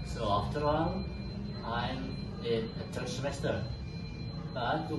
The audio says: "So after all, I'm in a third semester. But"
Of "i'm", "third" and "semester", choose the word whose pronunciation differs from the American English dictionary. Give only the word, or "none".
third